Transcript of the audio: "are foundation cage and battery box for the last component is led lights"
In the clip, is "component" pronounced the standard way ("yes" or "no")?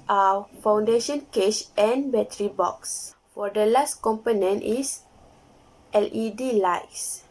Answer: yes